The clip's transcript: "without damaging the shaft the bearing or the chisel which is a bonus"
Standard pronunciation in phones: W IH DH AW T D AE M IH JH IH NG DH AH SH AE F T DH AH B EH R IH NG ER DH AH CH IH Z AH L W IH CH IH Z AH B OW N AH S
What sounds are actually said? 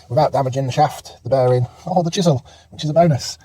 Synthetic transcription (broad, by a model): W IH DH AW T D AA M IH JH IH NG DH AH SH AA F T DH AH B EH R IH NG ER DH AH CH IH Z AH L W IH CH IH Z AH B OW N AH S